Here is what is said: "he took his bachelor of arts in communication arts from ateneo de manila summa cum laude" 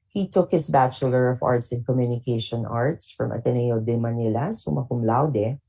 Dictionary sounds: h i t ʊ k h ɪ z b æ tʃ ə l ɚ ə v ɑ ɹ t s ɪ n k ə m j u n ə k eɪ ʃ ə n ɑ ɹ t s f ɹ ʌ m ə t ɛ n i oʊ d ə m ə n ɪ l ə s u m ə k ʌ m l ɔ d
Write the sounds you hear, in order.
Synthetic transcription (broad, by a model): h i t ʊ k h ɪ s b æ tʃ ə l ɚ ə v ɑ ɹ t s ɪ n k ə m j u n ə k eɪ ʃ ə n ɑ ɹ t s f ɹ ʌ m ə t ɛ n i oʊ d ə m ə n ɪ l ə s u m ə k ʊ m l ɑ d